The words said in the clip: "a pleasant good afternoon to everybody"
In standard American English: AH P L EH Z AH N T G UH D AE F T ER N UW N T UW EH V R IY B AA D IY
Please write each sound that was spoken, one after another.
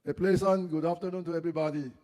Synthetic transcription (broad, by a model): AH P L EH S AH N G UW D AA F T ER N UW N T UW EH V R IY B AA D IY